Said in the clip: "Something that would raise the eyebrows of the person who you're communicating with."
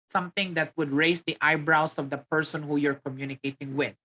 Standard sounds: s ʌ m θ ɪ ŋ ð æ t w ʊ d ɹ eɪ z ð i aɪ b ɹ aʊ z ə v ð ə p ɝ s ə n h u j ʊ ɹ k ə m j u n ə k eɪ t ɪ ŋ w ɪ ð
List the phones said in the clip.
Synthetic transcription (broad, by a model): s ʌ m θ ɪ ŋ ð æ t w ʊ d ɹ eɪ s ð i aɪ b ɹ aʊ s ə v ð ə p ɝ s ə n h u j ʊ ɹ k ə m j u n ə k eɪ t ɪ ŋ w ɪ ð